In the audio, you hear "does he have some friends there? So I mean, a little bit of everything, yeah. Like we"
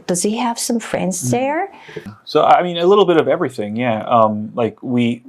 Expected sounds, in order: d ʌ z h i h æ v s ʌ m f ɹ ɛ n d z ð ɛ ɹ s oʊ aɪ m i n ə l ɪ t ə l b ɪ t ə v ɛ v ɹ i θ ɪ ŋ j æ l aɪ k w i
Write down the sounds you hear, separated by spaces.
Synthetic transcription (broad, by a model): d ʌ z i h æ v s ʌ m f ɹ ɛ n d z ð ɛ ɹ s oʊ aɪ m i n ə l ɪ t l b ɪ t ə v ɛ v ɹ i θ ɪ ŋ j æ l aɪ k w i